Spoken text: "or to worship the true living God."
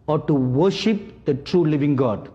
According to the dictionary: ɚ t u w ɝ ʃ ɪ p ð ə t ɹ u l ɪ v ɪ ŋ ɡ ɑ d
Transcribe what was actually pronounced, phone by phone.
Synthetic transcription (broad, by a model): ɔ t u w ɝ ʃ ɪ p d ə t ɹ u l ɪ v ɪ ŋ ɡ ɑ d